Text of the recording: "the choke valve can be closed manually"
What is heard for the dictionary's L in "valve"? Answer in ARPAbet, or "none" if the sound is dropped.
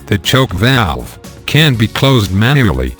L